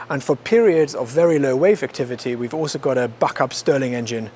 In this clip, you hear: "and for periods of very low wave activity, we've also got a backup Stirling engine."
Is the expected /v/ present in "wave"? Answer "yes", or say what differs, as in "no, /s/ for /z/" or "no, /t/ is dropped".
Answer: yes